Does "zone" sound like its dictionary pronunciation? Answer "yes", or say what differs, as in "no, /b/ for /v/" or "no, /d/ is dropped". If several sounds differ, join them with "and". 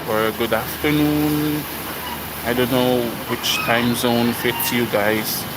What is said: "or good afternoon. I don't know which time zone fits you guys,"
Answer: yes